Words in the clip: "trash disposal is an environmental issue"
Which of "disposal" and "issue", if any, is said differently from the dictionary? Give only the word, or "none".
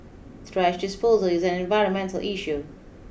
none